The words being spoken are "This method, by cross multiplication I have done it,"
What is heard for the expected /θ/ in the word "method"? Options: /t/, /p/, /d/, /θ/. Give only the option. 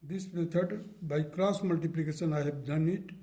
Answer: /t/